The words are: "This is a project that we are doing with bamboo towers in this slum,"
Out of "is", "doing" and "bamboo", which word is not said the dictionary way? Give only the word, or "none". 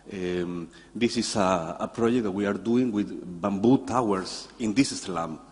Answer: is